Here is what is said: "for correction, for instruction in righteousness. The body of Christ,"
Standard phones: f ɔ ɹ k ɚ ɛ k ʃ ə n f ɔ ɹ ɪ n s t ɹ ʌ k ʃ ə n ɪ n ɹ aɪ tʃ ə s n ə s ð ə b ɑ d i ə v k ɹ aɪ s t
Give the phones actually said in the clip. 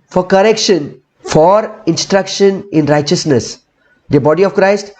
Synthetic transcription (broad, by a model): f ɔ ɹ k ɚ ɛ k ʃ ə n f ɔ ɹ ɪ n s t ɹ ʌ k ʃ ə n ɪ n ɹ aɪ tʃ ə s n ə s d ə b ɑ d i ə v k ɹ aɪ s t